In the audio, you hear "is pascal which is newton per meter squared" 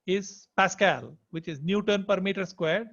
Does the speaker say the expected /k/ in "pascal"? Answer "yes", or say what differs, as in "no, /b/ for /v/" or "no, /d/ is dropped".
yes